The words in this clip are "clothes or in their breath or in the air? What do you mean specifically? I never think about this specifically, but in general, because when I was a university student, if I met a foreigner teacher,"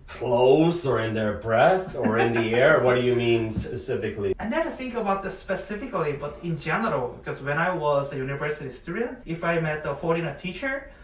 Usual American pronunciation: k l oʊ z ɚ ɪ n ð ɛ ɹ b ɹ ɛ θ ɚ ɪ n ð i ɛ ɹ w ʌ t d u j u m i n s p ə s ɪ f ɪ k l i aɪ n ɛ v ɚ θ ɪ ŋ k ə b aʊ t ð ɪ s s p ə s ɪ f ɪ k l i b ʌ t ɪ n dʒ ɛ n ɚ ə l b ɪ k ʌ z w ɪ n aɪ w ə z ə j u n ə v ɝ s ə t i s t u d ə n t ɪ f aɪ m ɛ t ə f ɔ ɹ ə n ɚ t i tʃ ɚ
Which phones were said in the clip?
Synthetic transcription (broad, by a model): k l oʊ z ɚ ɪ n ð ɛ ɹ b ɹ ɛ θ ɚ ɪ n ð i ɛ ɹ w ʌ t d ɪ j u m i n s p ə s ɪ f ɪ k l i aɪ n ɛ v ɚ θ ɪ ŋ k ə b aʊ t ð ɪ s s p ə s ɪ f ɪ k l i b ʌ t ɪ n dʒ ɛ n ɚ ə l b ɪ k ʌ z w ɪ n aɪ w ə z ə j u n ə v ɝ s ə t i s t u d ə n t ɪ f aɪ m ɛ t ə f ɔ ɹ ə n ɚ t i tʃ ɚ